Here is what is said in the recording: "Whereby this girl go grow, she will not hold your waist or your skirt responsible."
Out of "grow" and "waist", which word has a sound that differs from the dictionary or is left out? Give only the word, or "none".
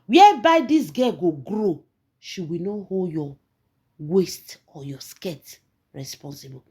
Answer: none